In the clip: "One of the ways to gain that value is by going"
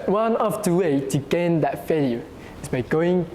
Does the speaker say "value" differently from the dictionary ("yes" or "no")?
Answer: yes